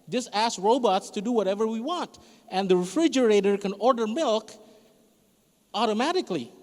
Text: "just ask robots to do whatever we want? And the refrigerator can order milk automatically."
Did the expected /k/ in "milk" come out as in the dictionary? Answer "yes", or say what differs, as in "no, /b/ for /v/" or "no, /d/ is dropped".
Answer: yes